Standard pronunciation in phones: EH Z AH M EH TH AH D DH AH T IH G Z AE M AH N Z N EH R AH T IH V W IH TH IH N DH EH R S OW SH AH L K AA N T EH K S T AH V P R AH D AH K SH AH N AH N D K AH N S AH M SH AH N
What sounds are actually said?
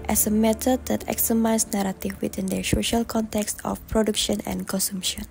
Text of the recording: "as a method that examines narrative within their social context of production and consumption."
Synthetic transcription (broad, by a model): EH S AH M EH T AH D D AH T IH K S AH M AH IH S N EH R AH T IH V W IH T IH N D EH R S OW SH AH L K AA N T EH K S T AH F P R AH D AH K SH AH N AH N K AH N S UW M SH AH N